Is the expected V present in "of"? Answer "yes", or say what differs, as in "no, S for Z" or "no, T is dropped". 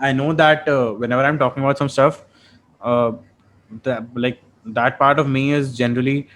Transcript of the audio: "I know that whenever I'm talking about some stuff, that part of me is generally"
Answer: yes